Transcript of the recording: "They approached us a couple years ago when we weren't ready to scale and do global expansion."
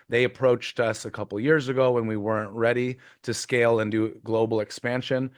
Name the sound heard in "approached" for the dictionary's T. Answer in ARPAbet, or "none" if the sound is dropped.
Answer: T